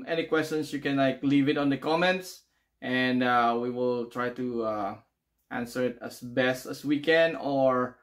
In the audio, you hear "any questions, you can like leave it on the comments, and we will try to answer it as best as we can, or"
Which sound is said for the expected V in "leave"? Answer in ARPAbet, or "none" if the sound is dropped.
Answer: V